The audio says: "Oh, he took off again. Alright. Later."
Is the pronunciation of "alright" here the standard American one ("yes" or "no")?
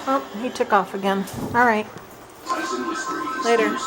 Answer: yes